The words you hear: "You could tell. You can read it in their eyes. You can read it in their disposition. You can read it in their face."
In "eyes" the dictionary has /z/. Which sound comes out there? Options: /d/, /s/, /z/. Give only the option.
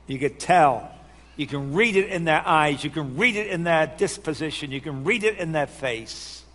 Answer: /z/